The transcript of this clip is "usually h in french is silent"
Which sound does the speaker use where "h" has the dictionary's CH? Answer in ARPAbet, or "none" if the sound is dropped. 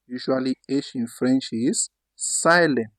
SH